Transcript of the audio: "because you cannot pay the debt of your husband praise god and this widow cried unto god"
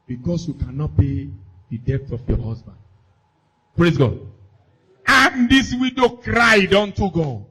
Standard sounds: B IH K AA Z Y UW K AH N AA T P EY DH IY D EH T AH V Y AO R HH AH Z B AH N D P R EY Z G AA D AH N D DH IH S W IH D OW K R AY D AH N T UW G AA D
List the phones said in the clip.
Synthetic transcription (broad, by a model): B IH K AA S Y UW K AH N AA T P EY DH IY D EH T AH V Y AO HH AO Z B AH N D P R EY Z G AA D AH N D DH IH S W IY D OW K R AY D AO N T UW G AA